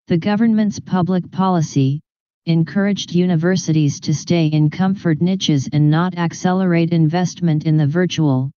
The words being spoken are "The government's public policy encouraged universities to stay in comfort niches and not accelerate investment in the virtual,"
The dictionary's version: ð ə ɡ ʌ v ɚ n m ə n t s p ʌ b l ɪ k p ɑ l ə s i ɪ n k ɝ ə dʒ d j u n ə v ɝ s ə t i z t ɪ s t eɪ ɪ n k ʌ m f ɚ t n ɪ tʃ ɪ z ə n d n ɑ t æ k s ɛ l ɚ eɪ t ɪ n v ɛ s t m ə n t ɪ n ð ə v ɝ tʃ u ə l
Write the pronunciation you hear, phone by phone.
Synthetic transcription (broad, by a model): ð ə ɡ ʌ v ɚ n m ə n t s p ʌ b l ɪ k p ɑ l ə s i ɪ n k ɝ ə dʒ d j u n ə v ɝ s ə t i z t ɪ s t eɪ ɪ n k ʌ m f ɚ t n ɪ tʃ ɪ z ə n n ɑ t æ k s ɛ l ɚ eɪ t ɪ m v ɛ s t m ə n t ɪ n ð ə v ɝ tʃ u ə l